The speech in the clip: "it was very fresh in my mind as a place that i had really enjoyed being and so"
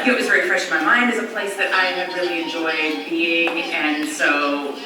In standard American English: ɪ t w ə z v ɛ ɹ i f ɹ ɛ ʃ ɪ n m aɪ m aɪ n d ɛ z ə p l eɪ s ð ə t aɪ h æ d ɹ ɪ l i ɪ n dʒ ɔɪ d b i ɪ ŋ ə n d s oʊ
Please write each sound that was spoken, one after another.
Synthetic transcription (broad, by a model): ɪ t w ə z v ɛ ɹ i f ɹ ɛ ʃ ɪ n m aɪ m aɪ n d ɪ z ə p l eɪ s ð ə t aɪ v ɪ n ɹ ɪ l i ɪ n dʒ ɔɪ d b i ɪ ŋ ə n s oʊ